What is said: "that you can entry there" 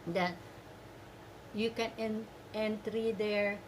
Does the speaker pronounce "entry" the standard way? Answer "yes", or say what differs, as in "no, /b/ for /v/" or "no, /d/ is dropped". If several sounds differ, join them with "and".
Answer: yes